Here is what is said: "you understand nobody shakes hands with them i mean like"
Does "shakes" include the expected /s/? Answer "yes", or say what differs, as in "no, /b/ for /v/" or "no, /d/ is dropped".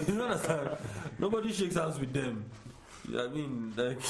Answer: yes